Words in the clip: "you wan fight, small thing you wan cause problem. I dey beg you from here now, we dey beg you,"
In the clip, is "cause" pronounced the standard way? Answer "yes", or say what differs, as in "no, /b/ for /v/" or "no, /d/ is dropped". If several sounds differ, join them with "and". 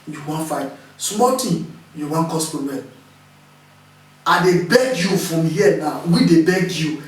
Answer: no, /s/ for /z/